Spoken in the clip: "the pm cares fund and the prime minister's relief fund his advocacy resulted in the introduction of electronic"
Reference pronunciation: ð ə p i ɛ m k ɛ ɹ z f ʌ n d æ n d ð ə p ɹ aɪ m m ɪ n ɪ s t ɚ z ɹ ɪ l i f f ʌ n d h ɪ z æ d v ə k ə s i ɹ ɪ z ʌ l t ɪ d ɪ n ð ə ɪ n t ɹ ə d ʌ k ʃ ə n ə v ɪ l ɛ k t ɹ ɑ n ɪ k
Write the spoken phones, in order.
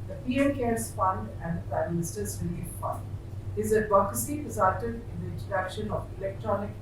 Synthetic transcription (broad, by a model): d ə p i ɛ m k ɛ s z f ʌ n d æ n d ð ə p ɹ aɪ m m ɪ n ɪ s t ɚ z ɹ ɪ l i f f ʌ n d h ɪ z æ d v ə k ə s i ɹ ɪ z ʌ l t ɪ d ɪ n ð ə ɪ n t ə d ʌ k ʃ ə n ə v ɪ l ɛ k t ɹ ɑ n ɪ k